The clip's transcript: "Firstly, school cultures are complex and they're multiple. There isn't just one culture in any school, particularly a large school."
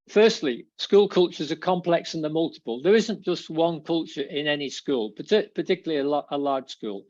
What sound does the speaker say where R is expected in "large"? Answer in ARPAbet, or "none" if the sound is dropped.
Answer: L